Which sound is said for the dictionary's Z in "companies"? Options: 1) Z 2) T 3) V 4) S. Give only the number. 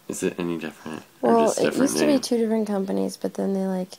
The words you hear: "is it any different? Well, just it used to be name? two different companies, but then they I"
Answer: 1